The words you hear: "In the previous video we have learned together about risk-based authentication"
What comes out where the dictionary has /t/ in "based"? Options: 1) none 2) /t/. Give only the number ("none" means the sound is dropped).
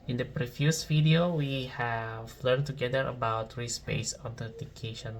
1